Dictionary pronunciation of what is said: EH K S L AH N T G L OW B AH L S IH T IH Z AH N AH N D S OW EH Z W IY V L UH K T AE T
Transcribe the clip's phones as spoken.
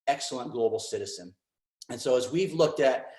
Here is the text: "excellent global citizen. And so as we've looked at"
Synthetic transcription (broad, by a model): EH K S L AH N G L OW B L S IH T IH Z AH N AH N S OW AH Z W IY V L UH K T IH T